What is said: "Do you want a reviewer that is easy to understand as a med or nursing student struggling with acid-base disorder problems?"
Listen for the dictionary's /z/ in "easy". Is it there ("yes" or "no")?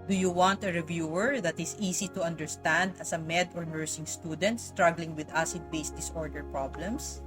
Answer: no